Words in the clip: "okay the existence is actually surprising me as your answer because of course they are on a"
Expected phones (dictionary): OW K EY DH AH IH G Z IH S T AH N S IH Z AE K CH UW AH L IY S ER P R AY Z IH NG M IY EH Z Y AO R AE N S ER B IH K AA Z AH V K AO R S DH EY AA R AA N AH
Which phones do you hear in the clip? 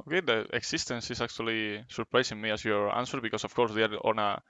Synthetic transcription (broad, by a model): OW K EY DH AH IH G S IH S T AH N S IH S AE K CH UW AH L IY S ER P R AY S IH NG M IY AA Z Y AO R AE N S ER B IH K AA S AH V K AO R S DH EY AA R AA N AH